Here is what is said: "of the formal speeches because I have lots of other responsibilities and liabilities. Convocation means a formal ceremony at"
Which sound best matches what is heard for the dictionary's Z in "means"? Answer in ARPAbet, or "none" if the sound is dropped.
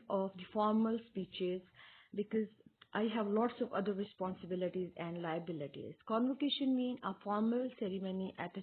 none